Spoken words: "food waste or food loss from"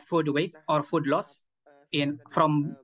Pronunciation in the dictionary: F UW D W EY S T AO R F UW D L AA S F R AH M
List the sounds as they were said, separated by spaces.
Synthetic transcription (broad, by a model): F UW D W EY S AO R F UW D L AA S F R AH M